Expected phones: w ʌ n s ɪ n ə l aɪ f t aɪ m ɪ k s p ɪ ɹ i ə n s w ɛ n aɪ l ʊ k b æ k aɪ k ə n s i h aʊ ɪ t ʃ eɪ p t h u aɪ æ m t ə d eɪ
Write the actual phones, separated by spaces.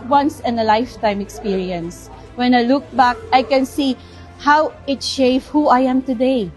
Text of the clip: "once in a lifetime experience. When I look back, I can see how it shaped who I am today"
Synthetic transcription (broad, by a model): w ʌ n s ɪ n ə l aɪ f t aɪ m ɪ k s p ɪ ɹ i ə n s w ɛ n aɪ l ʊ k b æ k aɪ k ə n s i h aʊ ɪ t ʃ eɪ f h u aɪ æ m t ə d eɪ